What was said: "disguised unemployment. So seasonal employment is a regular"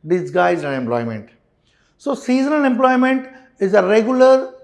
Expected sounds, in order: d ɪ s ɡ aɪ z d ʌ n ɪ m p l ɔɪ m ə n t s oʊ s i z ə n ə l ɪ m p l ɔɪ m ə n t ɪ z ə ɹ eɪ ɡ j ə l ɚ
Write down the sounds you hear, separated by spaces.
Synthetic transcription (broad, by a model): d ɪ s ɡ aɪ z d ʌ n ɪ m p l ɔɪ m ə n t s oʊ s i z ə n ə n ɪ m p l ɔɪ m ə n t ɪ z ə ɹ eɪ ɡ j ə l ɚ